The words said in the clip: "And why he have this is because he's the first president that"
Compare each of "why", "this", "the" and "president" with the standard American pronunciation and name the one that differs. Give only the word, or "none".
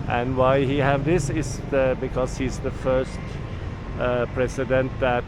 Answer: president